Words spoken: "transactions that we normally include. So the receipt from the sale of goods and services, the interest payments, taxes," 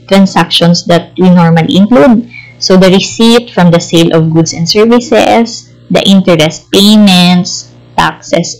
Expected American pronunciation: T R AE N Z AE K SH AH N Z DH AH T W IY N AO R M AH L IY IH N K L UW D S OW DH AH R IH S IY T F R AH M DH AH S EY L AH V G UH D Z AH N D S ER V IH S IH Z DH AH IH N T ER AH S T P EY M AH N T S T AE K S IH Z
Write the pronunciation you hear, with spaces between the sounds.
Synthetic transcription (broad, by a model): T R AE N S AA K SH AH N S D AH T W IY N AO R M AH L IY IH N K L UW D S OW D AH R IH S IY T F R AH M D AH S EY L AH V G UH D S AH N D S ER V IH S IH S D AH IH N T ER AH S P EY M AH N T S T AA K S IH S